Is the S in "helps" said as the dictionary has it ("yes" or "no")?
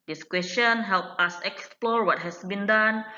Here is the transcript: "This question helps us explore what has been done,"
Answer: no